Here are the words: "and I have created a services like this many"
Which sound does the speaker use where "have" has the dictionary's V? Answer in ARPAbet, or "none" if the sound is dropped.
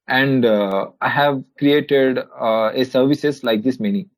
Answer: V